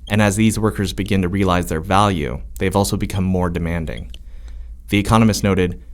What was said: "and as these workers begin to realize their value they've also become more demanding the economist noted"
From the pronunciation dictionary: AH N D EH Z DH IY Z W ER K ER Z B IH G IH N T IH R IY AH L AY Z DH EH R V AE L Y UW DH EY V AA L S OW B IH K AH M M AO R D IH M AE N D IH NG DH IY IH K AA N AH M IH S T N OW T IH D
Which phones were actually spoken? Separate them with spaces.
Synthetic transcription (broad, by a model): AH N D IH Z DH IY Z W ER K ER Z B IH G IH N T IH R IY AH L AY Z DH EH R V AE L Y UW DH EY V AA L S OW B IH K AH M M AO R D IH M AE N D IH NG DH IY IH K AA N AH M IH S T N OW T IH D